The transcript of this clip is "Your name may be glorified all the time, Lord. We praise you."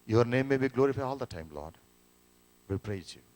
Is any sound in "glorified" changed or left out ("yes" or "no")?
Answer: yes